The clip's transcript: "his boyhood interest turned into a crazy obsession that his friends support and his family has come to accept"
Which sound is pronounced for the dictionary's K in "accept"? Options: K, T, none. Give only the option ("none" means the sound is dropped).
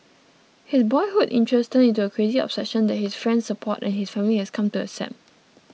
none